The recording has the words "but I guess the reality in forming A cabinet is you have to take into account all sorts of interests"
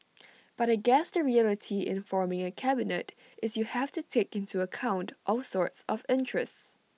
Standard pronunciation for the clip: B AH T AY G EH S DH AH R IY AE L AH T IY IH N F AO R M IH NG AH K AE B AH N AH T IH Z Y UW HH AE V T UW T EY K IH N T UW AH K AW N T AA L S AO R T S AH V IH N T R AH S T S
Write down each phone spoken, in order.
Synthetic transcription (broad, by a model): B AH T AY G EH S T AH R IY AE L AH T IY IH N F AO R M IH NG AH K AE B AH N AH T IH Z Y UW HH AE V T UW T EY K IH N T UW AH K AW N T AA L S AO R T S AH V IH N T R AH S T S